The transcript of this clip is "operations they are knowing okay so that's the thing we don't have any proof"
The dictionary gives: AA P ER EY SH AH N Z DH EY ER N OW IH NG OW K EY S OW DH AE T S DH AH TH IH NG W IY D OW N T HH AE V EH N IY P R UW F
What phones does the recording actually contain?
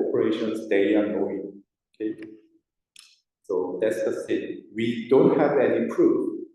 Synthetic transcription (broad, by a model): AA P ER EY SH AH N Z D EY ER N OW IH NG OW K EY S OW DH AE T S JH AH S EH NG W IY D OW N T HH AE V EH N IY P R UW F